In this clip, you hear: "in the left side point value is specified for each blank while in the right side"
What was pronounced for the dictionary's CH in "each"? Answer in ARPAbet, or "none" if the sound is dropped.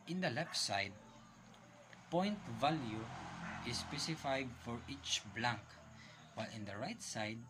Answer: CH